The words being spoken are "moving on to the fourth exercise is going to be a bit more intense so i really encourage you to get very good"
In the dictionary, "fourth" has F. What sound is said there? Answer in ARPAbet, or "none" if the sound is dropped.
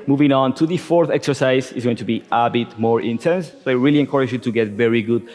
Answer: F